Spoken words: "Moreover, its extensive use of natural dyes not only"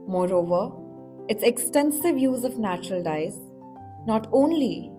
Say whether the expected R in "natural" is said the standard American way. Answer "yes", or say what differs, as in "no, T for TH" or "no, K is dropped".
yes